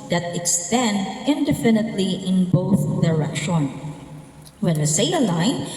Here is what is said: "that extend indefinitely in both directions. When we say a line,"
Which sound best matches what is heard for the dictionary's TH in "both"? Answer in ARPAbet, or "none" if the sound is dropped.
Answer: TH